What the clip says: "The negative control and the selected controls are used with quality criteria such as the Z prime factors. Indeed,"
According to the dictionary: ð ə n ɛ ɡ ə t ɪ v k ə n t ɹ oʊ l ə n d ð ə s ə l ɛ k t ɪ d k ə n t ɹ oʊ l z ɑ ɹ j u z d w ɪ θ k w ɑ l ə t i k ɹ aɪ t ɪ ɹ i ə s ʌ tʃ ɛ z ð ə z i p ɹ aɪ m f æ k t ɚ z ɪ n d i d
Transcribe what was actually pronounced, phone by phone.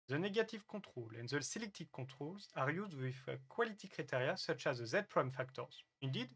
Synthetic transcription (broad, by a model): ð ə n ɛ ɡ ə t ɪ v k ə t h oʊ l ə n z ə s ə l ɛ k t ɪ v k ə t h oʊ l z ɑ ɹ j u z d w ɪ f k w ɑ l ə t i k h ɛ t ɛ ɹ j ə s ʌ tʃ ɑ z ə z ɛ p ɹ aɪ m f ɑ k t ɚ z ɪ n d i d